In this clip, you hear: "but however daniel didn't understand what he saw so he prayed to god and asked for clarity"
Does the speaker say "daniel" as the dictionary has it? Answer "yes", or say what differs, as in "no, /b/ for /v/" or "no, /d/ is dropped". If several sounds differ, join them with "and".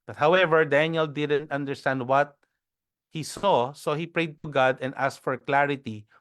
yes